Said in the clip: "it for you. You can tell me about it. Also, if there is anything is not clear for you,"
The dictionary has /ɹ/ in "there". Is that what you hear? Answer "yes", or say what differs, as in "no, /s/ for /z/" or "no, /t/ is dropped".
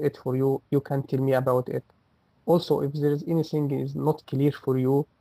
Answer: yes